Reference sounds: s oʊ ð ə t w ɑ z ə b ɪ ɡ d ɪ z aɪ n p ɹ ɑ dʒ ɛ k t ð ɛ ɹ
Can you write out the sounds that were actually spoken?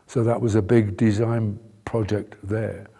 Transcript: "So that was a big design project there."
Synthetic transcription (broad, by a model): s oʊ ð ə t w ɑ z ə b ɪ ɡ d ɪ z aɪ n p ɹ ɑ dʒ ɛ k t ð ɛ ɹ